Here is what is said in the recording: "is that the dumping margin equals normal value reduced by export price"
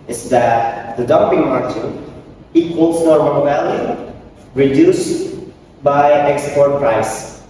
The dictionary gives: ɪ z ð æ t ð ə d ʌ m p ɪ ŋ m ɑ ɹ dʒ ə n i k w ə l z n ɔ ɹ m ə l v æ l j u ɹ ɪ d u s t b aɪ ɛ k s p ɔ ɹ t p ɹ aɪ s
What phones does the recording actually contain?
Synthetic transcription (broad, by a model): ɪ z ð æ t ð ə d ʌ m p ɪ ŋ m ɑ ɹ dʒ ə i k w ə l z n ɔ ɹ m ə n v æ l j u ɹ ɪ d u s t b aɪ ɛ k s p ɔ ɹ t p ɹ aɪ s